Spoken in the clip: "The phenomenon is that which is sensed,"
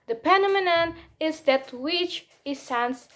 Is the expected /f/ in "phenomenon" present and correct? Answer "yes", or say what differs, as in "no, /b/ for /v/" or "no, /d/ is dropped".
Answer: no, /p/ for /f/